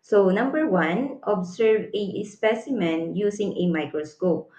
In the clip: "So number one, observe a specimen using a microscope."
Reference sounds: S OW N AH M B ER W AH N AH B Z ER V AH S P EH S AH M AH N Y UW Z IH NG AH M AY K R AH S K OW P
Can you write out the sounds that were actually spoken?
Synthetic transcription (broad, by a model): S OW N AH M B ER W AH N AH B S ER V AH S P EH S AH M AH N Y UW S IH NG AH M AY K R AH S K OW P